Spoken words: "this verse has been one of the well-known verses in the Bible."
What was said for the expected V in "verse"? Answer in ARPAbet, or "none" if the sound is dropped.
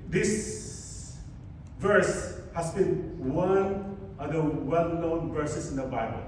V